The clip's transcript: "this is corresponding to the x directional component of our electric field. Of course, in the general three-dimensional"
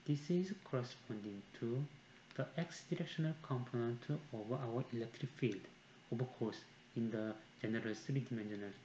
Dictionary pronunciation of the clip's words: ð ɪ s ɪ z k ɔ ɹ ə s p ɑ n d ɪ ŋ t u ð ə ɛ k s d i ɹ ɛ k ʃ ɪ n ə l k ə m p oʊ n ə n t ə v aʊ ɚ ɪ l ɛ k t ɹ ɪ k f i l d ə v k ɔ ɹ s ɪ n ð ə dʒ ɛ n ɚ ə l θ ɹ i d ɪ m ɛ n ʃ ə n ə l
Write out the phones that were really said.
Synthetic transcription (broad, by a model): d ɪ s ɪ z k ɔ ɹ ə s p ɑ n d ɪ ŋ t u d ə ɛ k s d i ɹ ɛ k ʃ ɪ n ə l k ə m p oʊ n ə n t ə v aʊ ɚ ɪ l ɛ k t ɹ ɪ k f i l d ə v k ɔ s ɪ n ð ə dʒ ɛ n ɚ ə l s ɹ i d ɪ m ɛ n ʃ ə n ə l